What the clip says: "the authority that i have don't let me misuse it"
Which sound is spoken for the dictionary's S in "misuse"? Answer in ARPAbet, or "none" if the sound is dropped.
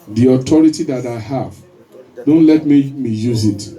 none